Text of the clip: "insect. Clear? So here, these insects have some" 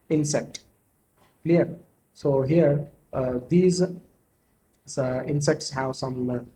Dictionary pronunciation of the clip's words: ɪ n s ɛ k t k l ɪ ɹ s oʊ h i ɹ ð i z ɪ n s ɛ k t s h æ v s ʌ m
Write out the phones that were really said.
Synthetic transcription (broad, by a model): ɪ n s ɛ k t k l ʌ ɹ s oʊ h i ɹ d i z ɪ n s ɛ k t s h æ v s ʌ m